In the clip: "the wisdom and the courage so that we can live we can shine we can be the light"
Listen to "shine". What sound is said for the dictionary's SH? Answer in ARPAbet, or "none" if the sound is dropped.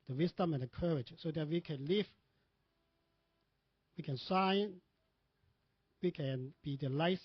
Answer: S